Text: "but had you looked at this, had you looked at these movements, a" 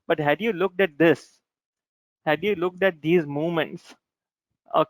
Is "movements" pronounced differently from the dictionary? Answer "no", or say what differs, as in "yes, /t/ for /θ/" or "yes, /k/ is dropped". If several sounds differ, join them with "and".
yes, /v/ is dropped